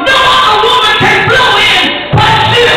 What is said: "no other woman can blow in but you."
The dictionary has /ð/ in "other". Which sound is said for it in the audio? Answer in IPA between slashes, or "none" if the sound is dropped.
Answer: none